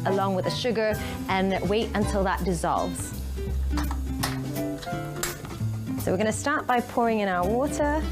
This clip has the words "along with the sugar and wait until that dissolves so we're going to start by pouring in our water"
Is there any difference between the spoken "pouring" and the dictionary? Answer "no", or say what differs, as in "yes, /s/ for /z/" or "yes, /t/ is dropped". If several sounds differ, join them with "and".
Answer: no